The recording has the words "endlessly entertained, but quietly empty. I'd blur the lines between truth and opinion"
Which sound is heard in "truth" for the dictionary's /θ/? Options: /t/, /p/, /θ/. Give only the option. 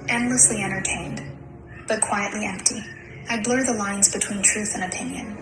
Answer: /θ/